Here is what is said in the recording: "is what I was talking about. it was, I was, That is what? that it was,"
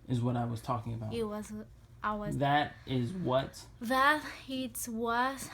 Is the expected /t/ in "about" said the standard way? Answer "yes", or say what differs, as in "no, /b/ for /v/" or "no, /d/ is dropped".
no, /t/ is dropped